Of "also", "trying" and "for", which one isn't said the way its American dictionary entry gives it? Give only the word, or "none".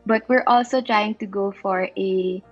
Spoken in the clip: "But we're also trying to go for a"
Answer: none